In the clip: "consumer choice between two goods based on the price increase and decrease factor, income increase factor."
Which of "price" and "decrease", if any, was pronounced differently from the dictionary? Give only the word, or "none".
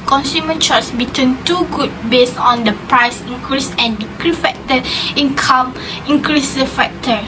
decrease